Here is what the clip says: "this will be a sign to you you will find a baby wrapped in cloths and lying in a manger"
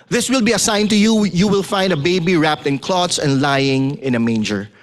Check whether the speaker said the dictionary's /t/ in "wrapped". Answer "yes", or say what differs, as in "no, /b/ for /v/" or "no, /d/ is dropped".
yes